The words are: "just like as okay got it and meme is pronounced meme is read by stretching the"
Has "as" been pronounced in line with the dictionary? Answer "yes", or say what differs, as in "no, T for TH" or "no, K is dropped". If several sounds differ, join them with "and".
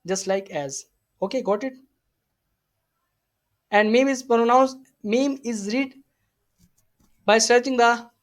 yes